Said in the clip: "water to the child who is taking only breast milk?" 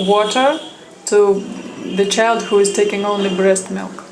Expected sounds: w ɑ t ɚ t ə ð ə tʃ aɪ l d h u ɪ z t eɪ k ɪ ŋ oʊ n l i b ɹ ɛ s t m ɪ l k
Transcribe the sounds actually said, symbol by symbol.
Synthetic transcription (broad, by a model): w ɑ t ɚ t ə ð ə tʃ aɪ l d h u ɪ z t eɪ k ɪ ŋ oʊ n l i b ɹ ɛ s t m ɪ l k